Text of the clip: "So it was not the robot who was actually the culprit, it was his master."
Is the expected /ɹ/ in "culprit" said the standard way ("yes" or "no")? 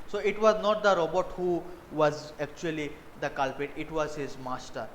no